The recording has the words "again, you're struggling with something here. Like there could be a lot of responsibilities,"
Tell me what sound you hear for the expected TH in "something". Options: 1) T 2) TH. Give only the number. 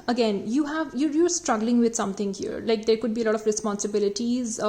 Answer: 1